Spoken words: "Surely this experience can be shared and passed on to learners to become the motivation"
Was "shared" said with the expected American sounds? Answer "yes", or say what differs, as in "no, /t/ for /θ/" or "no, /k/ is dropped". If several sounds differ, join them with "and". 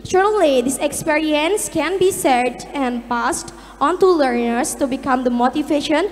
no, /s/ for /ʃ/